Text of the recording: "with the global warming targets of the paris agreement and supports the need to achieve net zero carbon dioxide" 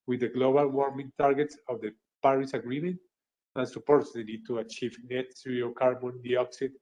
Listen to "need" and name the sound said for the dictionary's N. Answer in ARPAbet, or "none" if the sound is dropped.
L